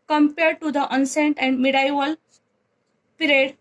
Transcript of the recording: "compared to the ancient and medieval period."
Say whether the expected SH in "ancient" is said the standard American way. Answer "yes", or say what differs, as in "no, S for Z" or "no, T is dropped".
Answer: no, S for SH